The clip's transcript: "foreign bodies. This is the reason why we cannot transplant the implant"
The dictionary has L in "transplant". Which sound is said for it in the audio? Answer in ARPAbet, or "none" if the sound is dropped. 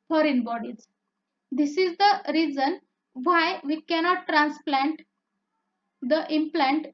L